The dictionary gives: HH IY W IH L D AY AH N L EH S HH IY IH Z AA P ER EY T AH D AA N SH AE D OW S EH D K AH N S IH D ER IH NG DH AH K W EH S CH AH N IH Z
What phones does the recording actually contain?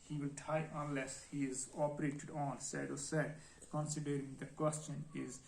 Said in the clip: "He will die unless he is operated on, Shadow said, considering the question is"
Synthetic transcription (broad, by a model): HH IY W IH L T AY AH N L EH S HH IY IH Z AA P ER EY T AH D AA N S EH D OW S EH D K AH N S IH D ER IH NG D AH K W EH S CH AH N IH Z